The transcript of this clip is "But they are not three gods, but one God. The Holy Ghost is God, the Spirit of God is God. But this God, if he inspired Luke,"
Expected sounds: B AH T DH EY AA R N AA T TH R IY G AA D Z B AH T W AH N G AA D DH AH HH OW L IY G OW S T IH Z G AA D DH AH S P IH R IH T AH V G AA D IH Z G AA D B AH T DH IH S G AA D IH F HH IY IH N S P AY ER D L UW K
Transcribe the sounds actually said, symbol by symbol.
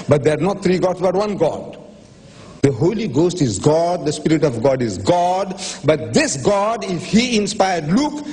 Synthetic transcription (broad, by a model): B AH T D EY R N AA T T R IY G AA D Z B AH T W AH N G AA D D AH HH OW L IY G OW S T IH Z G AA D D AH S P IH R IH T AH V G AA D IH Z G AA D B AH T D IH S G AA D IH F HH IY IH N S P AY ER D L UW K